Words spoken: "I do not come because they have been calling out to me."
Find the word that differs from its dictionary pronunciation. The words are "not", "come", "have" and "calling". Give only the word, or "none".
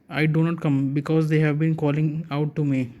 none